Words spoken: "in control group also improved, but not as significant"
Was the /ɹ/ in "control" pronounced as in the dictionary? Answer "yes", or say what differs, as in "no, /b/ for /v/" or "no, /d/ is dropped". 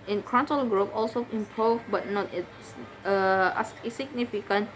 no, /ɹ/ is dropped